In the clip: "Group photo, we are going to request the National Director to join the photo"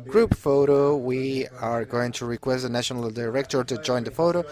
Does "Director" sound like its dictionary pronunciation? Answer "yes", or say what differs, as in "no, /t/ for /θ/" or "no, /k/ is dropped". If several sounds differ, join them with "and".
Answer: yes